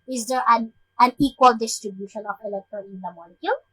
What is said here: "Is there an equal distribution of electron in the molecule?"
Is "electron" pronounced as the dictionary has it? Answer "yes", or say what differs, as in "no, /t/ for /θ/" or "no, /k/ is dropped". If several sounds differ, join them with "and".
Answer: no, /ɹ/ is dropped